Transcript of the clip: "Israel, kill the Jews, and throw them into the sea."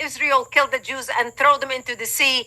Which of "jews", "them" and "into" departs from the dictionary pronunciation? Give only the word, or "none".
none